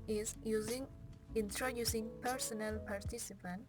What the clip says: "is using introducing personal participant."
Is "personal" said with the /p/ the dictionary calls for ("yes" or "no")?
yes